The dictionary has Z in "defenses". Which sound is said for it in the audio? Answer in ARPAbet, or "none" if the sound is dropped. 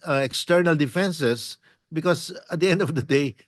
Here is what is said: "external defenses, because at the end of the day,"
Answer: S